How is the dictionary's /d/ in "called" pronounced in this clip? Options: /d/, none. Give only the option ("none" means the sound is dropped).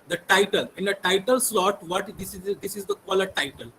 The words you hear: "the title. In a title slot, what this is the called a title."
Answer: none